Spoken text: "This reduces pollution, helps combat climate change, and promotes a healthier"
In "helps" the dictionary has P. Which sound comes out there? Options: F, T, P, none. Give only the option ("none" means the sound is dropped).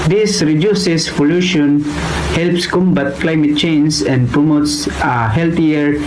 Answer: P